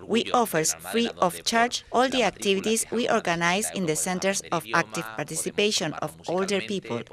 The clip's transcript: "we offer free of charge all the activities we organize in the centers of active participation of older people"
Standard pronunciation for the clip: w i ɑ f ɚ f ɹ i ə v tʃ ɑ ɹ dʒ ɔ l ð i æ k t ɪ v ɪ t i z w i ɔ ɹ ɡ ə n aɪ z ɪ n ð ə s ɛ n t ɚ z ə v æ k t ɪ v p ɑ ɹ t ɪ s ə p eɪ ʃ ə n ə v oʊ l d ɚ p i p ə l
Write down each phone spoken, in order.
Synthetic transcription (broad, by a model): w i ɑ f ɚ f ɹ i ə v tʃ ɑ ɹ tʃ ɔ l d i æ k t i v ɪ t i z w i ɔ ɹ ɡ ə n aɪ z ɪ n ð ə s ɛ n t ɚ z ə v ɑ k t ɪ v p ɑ ɹ t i s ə p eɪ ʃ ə n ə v oʊ l d ɚ p i p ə l